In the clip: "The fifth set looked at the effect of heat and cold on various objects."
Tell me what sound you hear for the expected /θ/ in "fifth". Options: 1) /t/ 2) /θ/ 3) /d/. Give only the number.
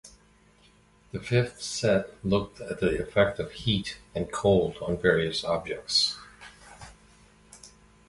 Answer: 2